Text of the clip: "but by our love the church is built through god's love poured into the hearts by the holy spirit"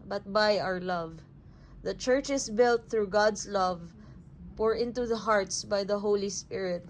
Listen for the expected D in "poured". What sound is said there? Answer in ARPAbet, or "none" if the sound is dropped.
none